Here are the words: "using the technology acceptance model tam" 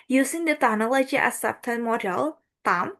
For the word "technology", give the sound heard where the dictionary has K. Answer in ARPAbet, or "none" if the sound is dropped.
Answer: none